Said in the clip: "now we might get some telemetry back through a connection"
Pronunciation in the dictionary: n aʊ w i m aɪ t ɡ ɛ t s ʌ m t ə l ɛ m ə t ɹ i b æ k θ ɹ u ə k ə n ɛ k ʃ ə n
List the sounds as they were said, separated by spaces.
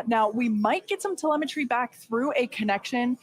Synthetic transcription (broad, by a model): n aʊ w i m aɪ t ɡ ɛ t s ʌ m t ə l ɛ m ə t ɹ i b æ k θ ɹ u ə k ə n ɛ k ʃ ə n